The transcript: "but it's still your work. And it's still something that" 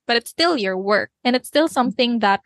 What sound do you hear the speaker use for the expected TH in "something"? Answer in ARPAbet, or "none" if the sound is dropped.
TH